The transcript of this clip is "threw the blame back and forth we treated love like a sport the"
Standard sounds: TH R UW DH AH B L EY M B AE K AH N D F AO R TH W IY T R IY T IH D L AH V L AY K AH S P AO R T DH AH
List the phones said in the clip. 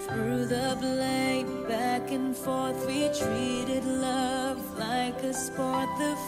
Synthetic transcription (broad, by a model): TH R UW DH AH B L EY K B AE K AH N F AO R TH W IY T R IY T IH D L AH V L AY K AH S P AO R T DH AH